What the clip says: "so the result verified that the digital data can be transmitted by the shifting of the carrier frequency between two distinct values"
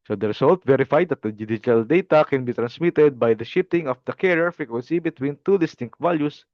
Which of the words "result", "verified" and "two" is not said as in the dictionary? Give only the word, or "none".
result